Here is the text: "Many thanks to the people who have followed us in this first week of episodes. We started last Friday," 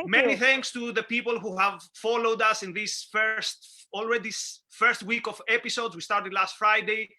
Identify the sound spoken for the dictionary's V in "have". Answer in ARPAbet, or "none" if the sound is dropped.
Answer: V